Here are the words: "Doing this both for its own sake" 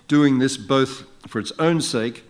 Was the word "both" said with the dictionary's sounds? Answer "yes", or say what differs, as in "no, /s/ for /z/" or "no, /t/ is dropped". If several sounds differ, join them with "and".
yes